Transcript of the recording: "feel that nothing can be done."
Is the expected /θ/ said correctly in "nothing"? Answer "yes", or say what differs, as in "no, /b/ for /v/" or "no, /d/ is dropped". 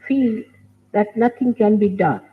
no, /t/ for /θ/